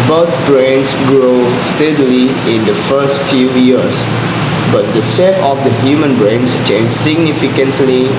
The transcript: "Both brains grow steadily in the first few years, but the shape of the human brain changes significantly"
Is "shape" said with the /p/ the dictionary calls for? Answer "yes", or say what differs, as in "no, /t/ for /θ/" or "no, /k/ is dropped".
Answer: no, /f/ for /p/